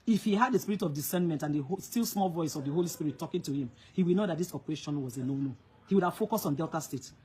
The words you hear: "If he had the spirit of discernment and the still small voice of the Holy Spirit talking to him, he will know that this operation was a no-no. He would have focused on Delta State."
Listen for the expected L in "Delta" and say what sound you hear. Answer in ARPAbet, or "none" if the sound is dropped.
L